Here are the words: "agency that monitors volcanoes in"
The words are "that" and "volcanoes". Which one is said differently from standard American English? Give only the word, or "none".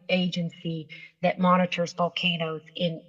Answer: volcanoes